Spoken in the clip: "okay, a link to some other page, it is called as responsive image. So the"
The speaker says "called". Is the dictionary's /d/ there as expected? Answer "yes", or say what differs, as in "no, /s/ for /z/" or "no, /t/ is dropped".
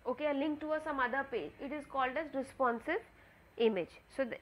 yes